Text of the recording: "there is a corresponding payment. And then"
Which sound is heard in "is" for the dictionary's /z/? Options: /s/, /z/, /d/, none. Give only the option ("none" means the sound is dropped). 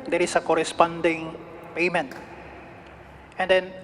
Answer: /s/